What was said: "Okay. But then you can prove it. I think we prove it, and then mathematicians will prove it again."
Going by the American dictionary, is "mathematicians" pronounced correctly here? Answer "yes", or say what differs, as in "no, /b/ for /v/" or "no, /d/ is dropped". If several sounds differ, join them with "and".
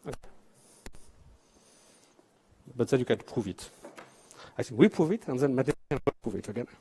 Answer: no, /z/ is dropped